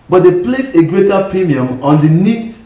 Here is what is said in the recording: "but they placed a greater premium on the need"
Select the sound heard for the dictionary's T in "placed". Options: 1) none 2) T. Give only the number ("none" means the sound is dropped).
1